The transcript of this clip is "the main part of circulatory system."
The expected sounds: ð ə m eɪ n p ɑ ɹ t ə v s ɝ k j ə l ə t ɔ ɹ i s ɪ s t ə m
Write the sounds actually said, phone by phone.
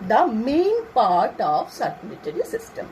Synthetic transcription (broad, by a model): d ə m eɪ n p ɑ ɹ t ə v s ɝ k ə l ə t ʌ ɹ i s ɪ s t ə m